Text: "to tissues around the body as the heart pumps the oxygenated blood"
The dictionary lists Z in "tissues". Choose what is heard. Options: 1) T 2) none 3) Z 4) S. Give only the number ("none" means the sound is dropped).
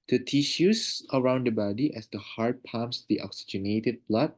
4